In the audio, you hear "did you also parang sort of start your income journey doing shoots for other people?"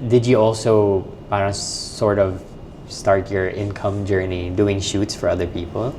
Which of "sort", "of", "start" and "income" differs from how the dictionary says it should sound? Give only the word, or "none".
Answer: none